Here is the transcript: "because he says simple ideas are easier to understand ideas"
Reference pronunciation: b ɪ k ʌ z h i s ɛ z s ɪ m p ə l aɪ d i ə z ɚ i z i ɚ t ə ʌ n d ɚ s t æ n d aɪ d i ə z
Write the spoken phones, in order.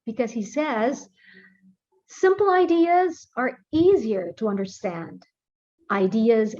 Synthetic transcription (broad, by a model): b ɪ k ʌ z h i s ɛ z s ɪ m p l aɪ d i ə z ɚ i z i ɚ t ə ʌ n d ɚ s t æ n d aɪ d i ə z